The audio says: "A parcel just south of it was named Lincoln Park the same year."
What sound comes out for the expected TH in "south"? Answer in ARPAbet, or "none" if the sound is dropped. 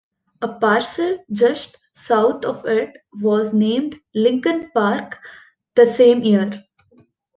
T